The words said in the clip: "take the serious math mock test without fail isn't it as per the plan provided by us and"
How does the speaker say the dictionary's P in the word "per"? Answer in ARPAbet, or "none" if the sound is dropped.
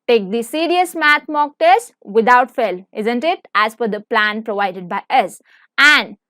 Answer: F